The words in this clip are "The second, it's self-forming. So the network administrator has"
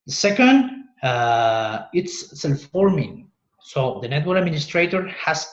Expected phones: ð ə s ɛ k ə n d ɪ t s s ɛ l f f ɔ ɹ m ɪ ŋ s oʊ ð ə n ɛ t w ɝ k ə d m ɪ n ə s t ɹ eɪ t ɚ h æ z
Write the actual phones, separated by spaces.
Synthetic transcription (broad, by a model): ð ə s ɛ k ə n d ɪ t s s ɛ l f f ɔ ɹ m ɪ ŋ s oʊ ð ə n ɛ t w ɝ ə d m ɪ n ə s t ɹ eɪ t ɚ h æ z